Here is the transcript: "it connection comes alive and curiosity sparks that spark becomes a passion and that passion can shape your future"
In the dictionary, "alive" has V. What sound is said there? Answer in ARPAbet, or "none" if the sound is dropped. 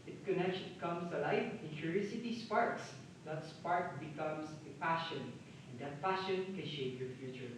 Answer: F